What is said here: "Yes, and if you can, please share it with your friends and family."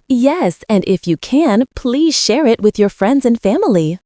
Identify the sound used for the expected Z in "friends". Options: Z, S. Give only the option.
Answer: Z